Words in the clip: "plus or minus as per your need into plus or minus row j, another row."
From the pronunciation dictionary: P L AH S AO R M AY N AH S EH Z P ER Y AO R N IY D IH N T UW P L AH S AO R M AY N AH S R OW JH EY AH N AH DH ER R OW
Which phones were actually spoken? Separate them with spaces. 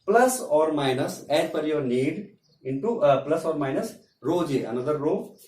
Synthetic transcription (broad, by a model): P L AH S AO R M AY N AH S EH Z F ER Y AO R N IY D IH N T UW P L AH S AO R M AY N AH S R OW JH EY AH N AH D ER R OW